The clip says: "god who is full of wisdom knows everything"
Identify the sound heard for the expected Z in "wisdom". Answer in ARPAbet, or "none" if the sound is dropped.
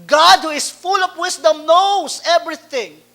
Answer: S